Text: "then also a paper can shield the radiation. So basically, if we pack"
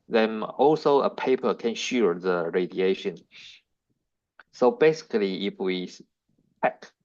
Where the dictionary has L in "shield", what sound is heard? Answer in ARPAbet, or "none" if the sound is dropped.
none